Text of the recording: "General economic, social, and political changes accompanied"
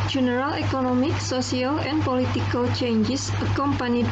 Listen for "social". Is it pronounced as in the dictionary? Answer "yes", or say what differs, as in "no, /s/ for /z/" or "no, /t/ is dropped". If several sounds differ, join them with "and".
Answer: no, /s/ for /ʃ/